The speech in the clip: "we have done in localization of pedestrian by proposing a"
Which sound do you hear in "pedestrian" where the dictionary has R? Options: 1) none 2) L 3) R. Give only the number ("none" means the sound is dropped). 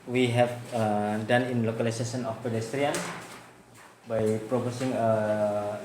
3